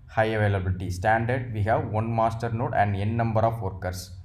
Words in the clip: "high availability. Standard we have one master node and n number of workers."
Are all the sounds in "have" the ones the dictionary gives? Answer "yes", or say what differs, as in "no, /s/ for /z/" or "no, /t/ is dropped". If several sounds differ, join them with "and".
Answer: yes